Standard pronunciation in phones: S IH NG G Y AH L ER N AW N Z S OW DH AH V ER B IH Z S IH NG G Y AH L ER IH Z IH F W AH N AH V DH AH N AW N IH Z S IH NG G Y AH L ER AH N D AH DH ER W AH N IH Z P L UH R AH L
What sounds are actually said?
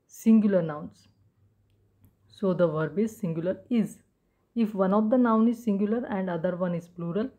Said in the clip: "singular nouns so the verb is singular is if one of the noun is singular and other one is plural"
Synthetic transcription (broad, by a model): S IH NG G Y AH L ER N AW N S S OW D AH V ER B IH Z S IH NG G Y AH L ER IH Z IH F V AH N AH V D AH N AW N IH Z S IH NG G Y AH L ER AH N D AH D ER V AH N IH Z P L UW R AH L